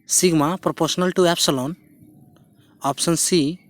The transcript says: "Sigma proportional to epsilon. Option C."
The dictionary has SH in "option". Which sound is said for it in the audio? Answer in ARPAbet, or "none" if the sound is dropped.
S